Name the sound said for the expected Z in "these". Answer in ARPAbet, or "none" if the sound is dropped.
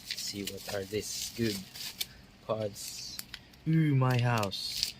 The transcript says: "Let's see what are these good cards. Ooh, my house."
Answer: S